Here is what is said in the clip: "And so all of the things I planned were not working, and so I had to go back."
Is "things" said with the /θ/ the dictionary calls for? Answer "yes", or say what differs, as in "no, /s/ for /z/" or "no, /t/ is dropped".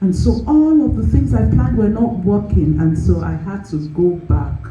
yes